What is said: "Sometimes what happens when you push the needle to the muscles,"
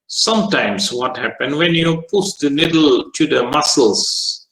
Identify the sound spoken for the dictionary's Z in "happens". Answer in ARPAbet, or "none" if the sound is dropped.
none